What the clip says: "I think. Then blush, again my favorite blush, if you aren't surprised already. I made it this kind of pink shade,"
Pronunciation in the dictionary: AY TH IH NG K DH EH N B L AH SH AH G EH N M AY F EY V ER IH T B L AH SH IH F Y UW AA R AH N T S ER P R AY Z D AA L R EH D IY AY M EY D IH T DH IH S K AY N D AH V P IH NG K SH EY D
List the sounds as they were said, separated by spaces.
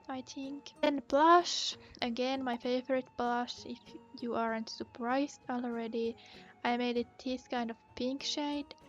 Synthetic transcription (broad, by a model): AY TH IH NG K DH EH N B L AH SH AH G EH N M AY F EY V ER IH T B L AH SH IH F Y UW AA R AH N T S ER P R AY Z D AA L R EH D IY AY M EY D IH T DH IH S K AY N D AH V P IH NG K SH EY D